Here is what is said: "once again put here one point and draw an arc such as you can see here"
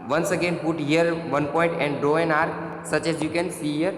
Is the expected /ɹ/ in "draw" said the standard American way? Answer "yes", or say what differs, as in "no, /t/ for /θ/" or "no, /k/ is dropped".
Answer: no, /ɹ/ is dropped